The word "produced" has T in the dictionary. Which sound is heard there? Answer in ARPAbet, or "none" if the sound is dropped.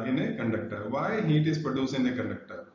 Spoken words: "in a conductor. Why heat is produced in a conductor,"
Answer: none